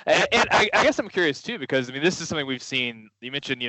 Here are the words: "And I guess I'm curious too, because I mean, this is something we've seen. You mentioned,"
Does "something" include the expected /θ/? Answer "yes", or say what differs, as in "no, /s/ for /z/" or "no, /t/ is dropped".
yes